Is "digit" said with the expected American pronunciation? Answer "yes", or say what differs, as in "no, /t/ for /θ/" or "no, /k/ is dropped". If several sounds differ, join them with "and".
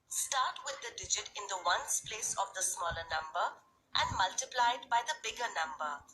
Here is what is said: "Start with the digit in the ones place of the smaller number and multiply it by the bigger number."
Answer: yes